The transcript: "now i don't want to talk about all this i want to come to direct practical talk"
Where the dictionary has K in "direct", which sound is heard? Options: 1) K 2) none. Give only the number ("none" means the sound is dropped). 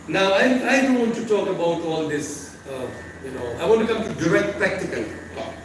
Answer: 1